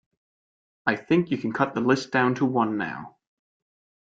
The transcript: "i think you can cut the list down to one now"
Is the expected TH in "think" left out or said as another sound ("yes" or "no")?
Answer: no